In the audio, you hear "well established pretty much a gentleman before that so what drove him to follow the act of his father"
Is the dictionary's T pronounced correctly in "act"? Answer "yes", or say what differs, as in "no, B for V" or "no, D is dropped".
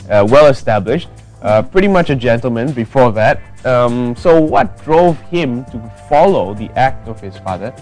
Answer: yes